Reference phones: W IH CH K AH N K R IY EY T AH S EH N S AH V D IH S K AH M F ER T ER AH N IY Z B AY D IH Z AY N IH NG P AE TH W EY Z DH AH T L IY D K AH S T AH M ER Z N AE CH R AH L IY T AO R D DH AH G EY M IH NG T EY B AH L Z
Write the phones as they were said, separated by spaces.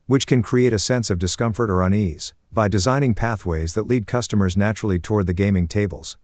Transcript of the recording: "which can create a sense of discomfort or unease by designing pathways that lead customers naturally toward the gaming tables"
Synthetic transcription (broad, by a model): W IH CH K AH N K R IY EY T AH S EH N S AH V D IH S K AH M F ER T ER AH N IY Z B AY D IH Z AY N IH NG P AE TH W EY Z DH AH T L IY D K AH S T AH M ER Z N AE CH R L IY T AO R D DH AH G EY M IH NG T EY B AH L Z